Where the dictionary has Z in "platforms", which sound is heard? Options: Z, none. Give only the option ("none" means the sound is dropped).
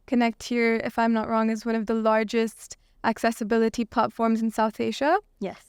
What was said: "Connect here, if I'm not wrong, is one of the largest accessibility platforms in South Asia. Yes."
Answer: Z